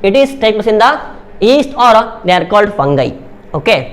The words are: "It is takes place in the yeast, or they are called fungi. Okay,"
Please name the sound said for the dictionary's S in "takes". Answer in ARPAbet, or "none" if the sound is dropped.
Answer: none